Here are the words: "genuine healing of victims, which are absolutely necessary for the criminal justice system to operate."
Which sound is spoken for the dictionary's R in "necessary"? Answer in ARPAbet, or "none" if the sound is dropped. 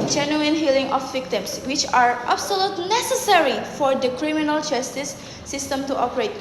R